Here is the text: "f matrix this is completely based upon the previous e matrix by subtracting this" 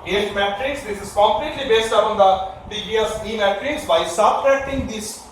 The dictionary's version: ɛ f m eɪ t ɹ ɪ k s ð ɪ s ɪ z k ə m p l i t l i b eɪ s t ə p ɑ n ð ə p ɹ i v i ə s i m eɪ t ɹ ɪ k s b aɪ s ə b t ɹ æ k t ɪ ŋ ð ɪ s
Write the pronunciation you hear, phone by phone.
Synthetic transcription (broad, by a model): ɛ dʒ m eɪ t ɹ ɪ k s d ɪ s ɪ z k ə m p l i t l i b eɪ s t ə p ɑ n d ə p i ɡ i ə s i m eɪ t ɹ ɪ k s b aɪ s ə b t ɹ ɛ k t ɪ ŋ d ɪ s